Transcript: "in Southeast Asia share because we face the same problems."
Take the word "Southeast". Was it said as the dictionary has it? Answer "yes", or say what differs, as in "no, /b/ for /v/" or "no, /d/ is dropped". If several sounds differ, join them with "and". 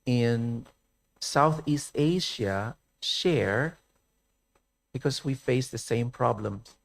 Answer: yes